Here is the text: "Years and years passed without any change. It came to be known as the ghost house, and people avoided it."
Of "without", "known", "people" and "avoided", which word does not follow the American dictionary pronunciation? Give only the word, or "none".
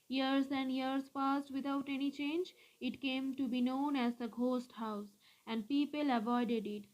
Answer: without